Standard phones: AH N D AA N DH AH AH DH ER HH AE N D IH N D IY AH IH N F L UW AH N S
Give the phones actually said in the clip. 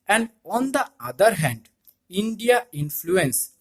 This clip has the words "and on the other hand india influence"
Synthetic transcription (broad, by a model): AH N D AA N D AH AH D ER HH AE N D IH N D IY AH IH N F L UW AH N S